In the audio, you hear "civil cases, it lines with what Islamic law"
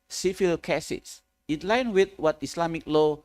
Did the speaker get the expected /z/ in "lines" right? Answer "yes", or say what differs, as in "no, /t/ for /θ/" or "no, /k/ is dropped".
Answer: no, /z/ is dropped